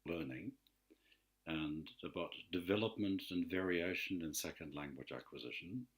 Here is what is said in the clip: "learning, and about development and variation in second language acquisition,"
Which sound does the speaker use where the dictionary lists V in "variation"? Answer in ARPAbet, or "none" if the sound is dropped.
V